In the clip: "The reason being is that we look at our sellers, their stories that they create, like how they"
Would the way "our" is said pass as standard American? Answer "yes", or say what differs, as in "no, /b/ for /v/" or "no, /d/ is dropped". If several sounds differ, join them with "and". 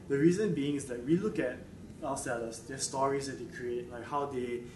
no, /l/ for /ɹ/